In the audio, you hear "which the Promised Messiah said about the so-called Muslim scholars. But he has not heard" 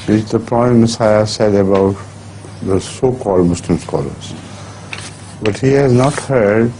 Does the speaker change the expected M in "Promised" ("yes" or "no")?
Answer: yes